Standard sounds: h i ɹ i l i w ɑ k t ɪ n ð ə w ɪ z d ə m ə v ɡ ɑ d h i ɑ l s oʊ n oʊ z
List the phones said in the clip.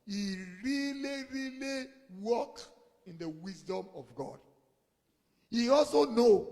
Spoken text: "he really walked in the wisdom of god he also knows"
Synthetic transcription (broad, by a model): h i ɹ i l i w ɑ k ɪ n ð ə w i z d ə m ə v ɡ ɑ d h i ɑ l s oʊ n oʊ